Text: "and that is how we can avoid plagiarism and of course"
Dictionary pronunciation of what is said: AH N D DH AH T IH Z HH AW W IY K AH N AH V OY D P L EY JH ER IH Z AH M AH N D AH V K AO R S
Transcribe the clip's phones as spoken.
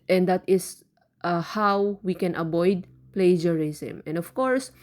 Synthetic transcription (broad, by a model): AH N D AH T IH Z HH AW W IY K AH N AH B OY D P L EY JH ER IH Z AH M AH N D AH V K AO R S